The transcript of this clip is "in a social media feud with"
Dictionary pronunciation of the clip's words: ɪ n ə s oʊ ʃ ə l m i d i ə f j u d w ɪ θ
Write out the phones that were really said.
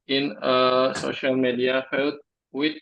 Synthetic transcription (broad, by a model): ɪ n ə s oʊ ʃ ə l m i d i ə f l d w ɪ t